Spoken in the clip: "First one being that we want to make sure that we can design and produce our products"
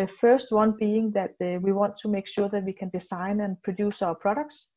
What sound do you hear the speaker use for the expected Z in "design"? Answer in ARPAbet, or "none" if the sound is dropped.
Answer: S